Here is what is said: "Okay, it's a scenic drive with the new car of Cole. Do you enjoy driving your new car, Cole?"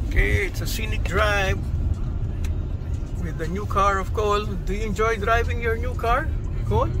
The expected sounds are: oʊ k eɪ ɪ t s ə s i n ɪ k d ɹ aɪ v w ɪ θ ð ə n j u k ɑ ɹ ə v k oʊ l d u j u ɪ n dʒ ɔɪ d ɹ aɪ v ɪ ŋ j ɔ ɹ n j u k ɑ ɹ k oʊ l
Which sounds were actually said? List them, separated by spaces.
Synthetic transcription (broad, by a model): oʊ k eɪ ɪ t s ə s i n ɪ k d ɹ aɪ v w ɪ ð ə n j u k ɑ ɹ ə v k oʊ l d u j u ɪ n dʒ ɔɪ d ɹ aɪ v ɪ ŋ j ɔ ɹ n j u k ɑ ɹ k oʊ l